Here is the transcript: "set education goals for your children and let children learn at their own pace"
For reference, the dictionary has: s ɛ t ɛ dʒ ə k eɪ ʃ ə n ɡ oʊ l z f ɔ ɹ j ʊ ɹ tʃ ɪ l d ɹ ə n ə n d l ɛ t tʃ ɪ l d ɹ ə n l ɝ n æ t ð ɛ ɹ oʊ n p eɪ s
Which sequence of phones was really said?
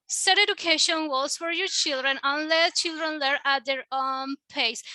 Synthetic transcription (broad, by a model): s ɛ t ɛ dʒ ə k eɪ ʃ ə n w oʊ z f ɔ ɹ j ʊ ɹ tʃ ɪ l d ɹ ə n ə n l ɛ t tʃ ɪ l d ɹ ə n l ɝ æ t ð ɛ ɹ oʊ n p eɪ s